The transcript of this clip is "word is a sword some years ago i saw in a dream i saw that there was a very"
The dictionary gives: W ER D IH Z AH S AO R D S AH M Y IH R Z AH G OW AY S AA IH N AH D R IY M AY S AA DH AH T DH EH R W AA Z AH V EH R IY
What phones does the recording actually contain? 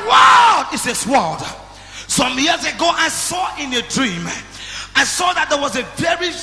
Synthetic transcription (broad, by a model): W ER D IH S AH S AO L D S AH M Y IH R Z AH G OW AY S AA IH N AH D R IY M AY S AA DH AH T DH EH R W AA Z AH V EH R IY